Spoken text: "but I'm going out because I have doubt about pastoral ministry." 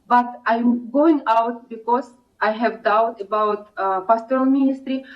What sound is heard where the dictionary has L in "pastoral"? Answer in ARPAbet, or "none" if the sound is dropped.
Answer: N